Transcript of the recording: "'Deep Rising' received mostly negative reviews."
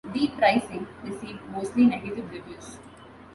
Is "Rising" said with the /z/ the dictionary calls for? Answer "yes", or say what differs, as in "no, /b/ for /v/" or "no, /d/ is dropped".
no, /s/ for /z/